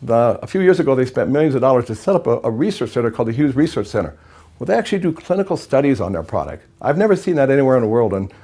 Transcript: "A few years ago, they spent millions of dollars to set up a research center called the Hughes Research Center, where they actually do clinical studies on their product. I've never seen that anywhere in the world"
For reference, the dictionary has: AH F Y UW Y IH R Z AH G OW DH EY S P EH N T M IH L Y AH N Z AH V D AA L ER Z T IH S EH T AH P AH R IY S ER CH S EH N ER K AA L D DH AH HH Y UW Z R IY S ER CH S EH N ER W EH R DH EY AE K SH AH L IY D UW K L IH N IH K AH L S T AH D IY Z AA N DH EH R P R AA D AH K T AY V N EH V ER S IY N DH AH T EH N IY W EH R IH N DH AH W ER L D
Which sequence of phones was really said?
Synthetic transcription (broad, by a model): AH F Y UW Y IH R Z AH G OW DH EY S P EH N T M IH L Y AH N Z AH V D AA L ER Z T IH S EH T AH P AH R IY S ER CH S EH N ER K AA L D DH AH HH Y UW Z R IY S ER CH S EH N ER W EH L DH EY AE K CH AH L IY D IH K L IH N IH K L S T AH D IY Z N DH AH R P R AA D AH K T AY V N EH V ER S IY N DH AH T EH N IY W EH R IH N DH AH W ER L D